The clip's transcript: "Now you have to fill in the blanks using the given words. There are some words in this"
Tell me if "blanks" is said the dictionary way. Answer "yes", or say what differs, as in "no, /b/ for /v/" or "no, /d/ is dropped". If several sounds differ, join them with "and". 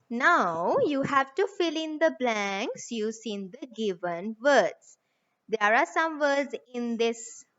yes